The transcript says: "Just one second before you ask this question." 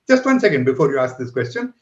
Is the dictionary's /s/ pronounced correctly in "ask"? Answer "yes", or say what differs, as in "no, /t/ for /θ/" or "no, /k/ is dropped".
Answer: yes